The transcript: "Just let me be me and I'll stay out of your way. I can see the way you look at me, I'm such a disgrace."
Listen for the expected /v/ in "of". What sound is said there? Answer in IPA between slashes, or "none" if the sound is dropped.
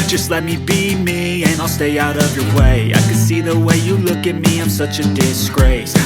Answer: /v/